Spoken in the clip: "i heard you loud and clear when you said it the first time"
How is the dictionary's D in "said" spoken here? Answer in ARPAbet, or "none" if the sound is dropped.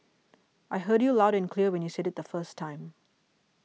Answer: D